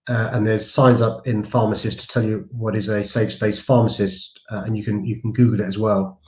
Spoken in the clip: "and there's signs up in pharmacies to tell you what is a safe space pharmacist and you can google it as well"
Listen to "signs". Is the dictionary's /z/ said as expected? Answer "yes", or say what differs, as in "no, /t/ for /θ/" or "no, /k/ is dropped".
yes